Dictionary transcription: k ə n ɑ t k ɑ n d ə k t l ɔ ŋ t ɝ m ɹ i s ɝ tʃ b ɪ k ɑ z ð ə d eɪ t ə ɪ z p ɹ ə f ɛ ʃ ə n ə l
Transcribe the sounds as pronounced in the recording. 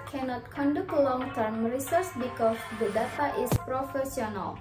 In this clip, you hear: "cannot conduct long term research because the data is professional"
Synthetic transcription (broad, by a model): k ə n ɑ t k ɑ n d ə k l ɔ ŋ t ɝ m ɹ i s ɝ s b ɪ k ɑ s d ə d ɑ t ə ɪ s p ɹ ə f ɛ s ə n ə l